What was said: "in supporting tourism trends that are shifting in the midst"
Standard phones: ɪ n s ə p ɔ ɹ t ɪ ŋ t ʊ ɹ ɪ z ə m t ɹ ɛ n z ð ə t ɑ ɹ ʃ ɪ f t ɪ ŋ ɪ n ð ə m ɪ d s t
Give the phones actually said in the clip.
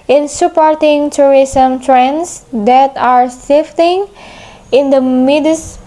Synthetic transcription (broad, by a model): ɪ n s ə p ɔ ɹ t ɪ ŋ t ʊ ɹ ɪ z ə m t ɹ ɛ n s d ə t ɑ ɹ s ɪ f t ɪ ŋ ɪ n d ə m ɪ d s